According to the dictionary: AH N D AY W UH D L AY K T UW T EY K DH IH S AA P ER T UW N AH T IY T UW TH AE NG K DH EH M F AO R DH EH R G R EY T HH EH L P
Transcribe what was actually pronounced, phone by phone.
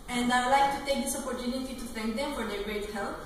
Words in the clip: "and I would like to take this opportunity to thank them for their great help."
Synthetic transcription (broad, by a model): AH N D AY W L AY K T UW T EY K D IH S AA P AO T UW N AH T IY T UW T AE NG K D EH M F AO R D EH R G R EY T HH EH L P